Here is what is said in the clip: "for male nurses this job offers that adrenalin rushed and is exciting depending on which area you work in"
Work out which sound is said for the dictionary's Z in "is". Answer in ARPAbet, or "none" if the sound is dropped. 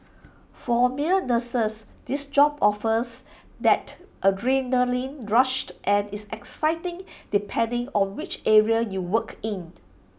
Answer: S